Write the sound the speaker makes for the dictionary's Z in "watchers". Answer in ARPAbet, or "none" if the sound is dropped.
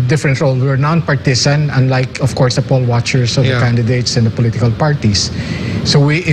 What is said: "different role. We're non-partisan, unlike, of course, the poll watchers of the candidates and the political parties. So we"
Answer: S